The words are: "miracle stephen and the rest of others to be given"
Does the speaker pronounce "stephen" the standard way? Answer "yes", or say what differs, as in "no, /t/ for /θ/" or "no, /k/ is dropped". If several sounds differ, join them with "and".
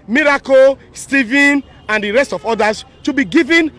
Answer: yes